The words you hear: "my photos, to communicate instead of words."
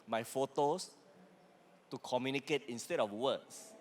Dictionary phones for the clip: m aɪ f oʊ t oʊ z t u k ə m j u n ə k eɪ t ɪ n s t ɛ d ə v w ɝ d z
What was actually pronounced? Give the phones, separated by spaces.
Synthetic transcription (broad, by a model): m aɪ f oʊ t oʊ s t u k ə m j u n ə k eɪ t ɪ n s t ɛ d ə f w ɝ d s